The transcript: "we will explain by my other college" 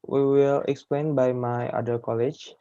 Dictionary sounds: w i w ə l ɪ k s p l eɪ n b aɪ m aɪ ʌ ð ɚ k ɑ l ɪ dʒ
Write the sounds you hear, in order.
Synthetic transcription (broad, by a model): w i w ə l ɪ k s p l eɪ n b aɪ m aɪ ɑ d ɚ k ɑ l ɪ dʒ